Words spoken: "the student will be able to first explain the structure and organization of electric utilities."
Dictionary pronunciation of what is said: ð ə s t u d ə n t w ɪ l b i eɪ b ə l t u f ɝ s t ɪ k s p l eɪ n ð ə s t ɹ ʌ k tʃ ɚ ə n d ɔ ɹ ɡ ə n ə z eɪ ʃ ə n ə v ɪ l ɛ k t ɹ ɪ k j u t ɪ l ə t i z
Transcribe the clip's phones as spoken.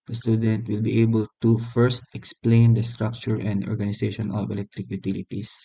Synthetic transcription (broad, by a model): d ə s t u d ə n t w ɪ l b i eɪ b ə l t u f ɝ s t ɪ k s p l eɪ n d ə s t ɹ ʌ k tʃ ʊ ə n d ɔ ɹ ɡ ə n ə s eɪ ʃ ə n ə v ɪ l ɛ k t ɹ ɪ k j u t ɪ l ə t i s